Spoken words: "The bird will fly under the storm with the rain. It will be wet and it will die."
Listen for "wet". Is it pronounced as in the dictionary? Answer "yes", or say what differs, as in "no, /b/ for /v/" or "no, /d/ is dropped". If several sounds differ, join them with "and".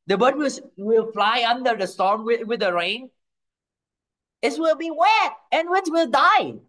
no, /t/ is dropped